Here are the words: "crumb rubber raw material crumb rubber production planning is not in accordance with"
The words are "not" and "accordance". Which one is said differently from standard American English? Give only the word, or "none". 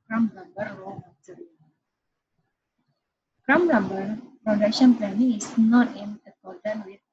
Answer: accordance